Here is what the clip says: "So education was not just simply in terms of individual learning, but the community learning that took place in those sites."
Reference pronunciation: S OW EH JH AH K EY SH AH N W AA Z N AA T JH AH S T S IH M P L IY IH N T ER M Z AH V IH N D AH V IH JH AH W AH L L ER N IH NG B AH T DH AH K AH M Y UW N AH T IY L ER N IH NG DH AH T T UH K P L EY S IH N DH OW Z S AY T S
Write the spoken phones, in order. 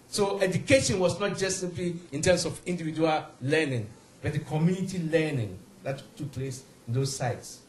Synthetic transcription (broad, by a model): S OW EH JH AH K EY SH AH N W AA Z N AA T JH AH S T S IH M P L IY IH N T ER M S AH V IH N D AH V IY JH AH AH L L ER N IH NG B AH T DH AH K AH M Y UW N AH T IY L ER N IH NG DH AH T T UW K P L EY S IH N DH OW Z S AY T S